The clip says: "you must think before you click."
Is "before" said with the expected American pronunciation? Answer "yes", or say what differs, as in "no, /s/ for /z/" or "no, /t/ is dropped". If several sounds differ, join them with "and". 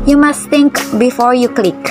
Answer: yes